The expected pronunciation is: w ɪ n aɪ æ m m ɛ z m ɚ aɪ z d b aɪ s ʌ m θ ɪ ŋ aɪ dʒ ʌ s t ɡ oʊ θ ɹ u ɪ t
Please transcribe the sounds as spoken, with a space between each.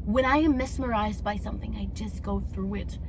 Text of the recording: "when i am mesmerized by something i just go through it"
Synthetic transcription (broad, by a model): w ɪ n aɪ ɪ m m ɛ s m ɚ aɪ z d b aɪ s ʌ m θ ɪ ŋ aɪ dʒ ʌ s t ɡ oʊ θ ɹ u ɪ t